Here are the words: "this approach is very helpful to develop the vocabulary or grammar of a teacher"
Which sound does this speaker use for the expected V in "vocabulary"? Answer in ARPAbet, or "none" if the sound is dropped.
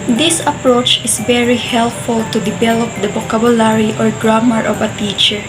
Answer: B